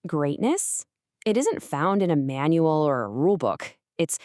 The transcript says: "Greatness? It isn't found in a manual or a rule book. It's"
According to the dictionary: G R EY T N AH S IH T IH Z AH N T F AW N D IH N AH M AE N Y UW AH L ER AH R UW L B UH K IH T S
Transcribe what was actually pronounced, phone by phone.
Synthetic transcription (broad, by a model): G R EY T N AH S IH T IH Z AH N T F AW N D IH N AH M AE N Y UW L ER AH R UW L B UH K IH T S